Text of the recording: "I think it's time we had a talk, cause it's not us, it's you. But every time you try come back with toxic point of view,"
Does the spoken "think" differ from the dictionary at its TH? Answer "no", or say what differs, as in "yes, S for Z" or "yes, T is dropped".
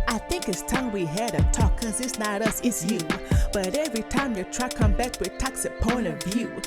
no